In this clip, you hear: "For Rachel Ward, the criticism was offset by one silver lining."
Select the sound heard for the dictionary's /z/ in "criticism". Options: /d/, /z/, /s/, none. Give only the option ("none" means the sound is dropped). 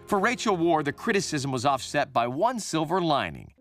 /z/